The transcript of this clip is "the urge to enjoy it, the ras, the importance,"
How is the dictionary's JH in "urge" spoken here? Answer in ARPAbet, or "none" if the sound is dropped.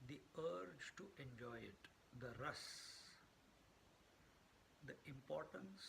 JH